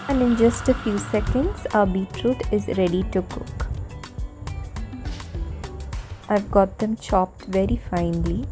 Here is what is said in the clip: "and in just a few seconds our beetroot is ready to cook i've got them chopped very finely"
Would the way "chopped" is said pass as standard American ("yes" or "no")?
yes